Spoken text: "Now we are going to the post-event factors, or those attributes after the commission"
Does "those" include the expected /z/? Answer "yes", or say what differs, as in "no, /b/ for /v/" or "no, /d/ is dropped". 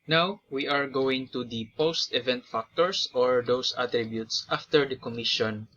no, /s/ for /z/